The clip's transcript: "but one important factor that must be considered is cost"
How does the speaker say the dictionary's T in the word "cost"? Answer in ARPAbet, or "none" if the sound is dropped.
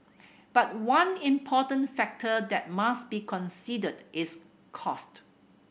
T